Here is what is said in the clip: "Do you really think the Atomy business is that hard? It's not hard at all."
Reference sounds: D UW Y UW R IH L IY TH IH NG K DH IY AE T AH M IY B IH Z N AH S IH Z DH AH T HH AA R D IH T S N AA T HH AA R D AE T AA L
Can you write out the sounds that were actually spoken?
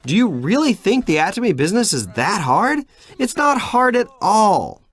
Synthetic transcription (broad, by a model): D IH Y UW R IH L IY TH IH NG K DH IY AE T AH M IY B IH Z N AH S IH Z DH AH T HH AA R D IH T S N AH T HH AA R D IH T AA L